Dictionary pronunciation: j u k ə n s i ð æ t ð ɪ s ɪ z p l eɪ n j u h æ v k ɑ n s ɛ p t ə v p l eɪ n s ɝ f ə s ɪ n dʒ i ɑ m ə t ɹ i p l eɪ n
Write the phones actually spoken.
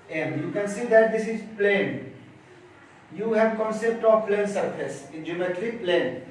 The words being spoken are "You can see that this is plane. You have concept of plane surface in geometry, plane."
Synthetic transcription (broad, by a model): j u k ə n s i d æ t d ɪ s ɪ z p l eɪ n j u h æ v k ɑ n s ɛ p t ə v p l eɪ n s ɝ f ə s ɪ n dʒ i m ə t l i p l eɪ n